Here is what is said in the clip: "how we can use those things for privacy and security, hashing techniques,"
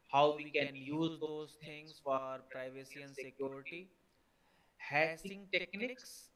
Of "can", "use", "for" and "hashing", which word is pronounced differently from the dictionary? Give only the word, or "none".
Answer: hashing